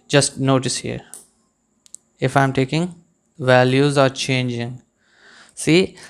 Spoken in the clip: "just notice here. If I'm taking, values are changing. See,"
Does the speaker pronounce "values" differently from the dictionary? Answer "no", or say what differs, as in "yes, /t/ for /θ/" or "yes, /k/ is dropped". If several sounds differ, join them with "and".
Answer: no